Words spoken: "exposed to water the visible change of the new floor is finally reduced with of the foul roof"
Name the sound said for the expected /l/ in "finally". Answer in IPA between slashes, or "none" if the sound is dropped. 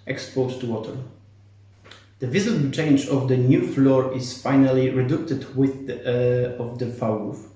/l/